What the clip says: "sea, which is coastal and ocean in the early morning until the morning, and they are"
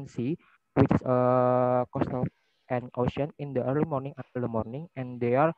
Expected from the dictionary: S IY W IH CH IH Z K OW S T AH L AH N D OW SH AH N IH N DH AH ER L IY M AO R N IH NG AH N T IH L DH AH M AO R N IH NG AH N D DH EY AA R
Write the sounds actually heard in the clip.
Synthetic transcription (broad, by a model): S IY W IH CH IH S K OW S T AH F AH N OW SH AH N IH N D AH ER L IY M AO R N IH NG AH T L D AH M AO R N IH NG AH N D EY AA R